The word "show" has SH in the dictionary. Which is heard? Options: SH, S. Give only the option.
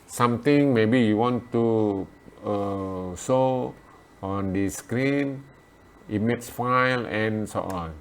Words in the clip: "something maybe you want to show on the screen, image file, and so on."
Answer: S